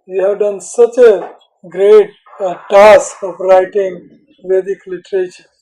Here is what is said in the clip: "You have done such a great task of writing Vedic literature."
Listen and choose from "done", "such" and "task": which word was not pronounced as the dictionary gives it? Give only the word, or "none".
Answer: task